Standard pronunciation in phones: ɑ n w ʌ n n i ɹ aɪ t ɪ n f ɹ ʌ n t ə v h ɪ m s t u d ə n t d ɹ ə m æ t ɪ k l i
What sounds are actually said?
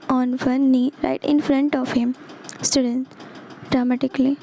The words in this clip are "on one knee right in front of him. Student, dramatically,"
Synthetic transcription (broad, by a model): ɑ n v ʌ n n i ɹ aɪ t ɪ n f ɹ ʌ n t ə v h ɪ m s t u d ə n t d ɹ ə m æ t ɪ k l i